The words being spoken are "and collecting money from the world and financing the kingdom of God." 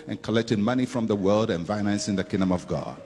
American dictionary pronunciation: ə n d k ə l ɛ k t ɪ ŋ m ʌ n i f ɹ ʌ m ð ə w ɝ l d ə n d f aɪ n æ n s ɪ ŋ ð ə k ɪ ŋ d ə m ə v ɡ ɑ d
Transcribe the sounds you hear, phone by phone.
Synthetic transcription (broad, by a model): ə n k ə l ɛ k t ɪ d m ʌ n i f ɹ ʌ m ð ə w ɝ l d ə n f aɪ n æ n s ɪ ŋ ð ə k ɪ ŋ d ə m ə v ɡ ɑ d